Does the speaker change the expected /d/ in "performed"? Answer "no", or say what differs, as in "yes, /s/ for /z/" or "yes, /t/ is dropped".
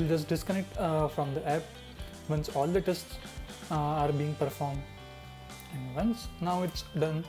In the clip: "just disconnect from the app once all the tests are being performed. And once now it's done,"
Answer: no